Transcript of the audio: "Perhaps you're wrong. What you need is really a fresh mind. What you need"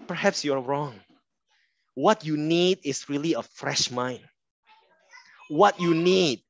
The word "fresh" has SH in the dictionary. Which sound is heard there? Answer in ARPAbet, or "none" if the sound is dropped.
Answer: SH